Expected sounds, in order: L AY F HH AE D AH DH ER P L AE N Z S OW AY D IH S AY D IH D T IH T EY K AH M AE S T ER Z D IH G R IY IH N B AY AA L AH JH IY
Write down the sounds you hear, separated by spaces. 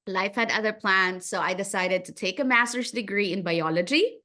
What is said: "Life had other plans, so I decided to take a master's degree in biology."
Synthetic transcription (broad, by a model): L AY F HH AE D AH DH ER P L AE N Z S OW AY D IH S AY D IH D T IH T EY K AH M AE S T ER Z D IH G R IY IH N B AY AA L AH JH IY